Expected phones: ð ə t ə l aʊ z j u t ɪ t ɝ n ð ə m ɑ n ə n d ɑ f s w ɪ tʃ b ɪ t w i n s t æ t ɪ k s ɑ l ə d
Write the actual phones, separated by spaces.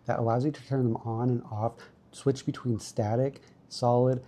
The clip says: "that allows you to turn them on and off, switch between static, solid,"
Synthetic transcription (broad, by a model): ð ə t ə l aʊ z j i t ɪ t ɝ n ð ə m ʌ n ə n ɑ f s w ɪ tʃ b ɪ t w i n s t æ t ɪ k s ɑ l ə d